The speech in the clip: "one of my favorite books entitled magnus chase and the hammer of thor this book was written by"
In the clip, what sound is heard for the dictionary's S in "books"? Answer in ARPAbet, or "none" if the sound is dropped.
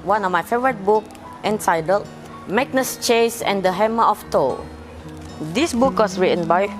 none